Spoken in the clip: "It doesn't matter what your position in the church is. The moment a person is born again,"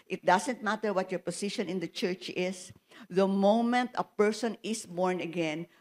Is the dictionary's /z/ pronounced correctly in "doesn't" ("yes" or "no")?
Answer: no